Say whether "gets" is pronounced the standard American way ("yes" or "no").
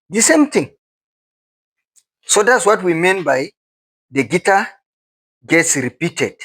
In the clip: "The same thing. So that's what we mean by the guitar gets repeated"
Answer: yes